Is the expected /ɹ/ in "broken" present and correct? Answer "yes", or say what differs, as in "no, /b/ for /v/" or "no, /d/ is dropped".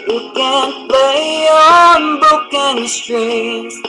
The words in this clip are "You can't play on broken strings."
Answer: no, /ɹ/ is dropped